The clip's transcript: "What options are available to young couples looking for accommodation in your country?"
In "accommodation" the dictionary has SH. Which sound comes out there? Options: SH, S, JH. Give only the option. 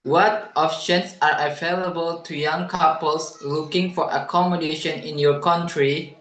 SH